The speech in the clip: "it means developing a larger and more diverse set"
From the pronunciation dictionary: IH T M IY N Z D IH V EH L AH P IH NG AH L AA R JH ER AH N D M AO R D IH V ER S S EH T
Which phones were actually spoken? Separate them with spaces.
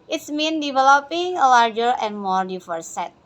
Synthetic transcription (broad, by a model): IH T M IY N D IH V EH L AH P IH NG AH L AA R JH ER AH N M AO R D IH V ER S S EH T